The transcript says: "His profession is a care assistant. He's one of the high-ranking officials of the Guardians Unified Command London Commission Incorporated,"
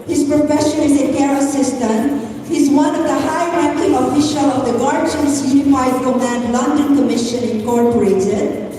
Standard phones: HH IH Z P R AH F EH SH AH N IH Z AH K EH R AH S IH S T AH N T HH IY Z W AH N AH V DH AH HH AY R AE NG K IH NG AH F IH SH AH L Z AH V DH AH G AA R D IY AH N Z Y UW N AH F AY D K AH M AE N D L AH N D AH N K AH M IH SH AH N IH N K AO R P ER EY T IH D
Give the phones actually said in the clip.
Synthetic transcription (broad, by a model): HH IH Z P R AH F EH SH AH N IH Z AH K EH R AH S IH S T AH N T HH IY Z W AH N AH V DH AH HH AY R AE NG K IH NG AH F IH SH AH L AH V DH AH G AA R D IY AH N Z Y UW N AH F AY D K AH M AE N D L AH N D AH N K AH M IH SH AH N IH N K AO R P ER EY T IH D